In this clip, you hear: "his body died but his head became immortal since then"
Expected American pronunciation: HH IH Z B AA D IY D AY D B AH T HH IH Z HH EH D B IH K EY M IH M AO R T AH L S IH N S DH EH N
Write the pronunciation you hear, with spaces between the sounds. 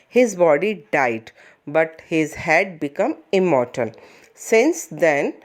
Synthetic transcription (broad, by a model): HH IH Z B AA D IY D AY D B AH T HH IH Z HH EH D B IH K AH M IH M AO R T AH N S IH N S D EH N